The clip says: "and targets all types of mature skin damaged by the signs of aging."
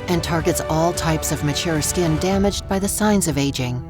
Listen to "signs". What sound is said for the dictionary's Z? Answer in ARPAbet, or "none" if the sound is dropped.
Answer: Z